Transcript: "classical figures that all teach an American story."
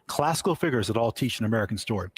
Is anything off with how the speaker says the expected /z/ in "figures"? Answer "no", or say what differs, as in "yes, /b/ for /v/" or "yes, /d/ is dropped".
no